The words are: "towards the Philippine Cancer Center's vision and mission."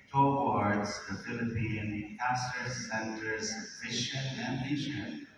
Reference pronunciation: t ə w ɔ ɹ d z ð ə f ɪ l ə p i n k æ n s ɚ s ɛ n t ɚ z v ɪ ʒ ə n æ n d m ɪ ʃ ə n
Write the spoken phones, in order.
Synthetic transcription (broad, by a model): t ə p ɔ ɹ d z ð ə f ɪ l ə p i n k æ s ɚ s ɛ n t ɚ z f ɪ ʃ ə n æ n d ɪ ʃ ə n